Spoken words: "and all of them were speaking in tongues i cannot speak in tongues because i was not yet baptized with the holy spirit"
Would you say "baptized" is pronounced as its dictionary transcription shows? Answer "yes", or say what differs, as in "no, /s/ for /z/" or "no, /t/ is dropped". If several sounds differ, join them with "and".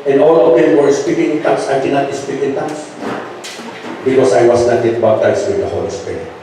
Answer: no, /b/ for /p/